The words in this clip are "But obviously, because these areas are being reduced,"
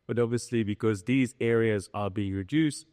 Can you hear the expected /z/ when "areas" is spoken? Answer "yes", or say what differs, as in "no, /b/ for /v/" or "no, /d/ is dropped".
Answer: yes